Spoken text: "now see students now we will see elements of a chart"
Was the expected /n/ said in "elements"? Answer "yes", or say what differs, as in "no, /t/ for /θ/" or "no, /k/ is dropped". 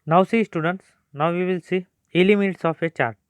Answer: no, /n/ is dropped